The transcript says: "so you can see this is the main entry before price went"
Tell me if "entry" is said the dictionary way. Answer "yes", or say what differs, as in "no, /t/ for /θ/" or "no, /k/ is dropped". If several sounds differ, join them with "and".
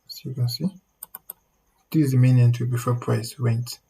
no, /ɹ/ is dropped